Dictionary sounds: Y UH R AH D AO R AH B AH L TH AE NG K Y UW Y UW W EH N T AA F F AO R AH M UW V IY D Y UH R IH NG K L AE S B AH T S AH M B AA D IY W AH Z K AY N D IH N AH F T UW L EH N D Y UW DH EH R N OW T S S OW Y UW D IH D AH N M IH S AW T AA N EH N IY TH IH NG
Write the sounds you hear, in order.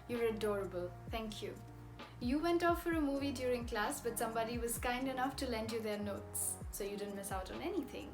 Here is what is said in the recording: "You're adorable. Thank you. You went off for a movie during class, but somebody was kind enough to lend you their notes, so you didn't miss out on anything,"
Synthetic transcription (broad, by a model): Y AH R AH D AO R AH B AH L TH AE NG K Y UW Y UW W EH N T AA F F AO R AH M UW V IY D Y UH R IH NG K L AE S B AH T S AH M B AA D IY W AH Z K AY N D IH N AH F T UW L EH N D Y UW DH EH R N OW T S S OW Y UW D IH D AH N M IH S AW T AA N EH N IY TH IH NG